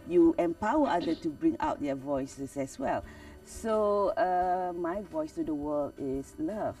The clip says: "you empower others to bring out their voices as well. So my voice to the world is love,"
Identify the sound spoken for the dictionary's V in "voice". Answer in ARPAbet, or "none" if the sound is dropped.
V